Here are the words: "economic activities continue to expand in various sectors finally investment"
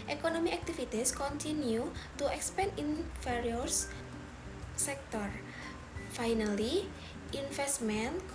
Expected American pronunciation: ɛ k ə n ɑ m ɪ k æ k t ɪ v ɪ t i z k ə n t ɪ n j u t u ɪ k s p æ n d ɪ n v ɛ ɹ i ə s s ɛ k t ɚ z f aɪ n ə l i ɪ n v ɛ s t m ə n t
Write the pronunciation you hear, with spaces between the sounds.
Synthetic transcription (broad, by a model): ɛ k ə n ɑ m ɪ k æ k t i f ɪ t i s k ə n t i n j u t u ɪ k s p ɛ n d ɪ n f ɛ ɹ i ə s s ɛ k t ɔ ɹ f aɪ n ə l i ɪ n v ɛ s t m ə n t